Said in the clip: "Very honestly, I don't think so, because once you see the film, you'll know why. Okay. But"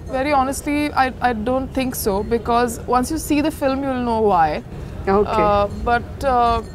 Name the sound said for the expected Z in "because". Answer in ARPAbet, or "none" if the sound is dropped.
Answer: Z